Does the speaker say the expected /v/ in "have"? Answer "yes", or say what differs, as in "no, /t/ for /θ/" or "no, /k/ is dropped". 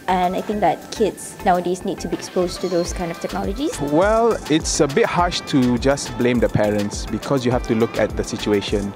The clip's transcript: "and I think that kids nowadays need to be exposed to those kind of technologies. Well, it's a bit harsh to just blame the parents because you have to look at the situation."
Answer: no, /f/ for /v/